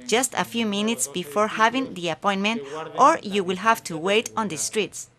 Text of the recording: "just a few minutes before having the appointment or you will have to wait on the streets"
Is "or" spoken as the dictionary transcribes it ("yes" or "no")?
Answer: yes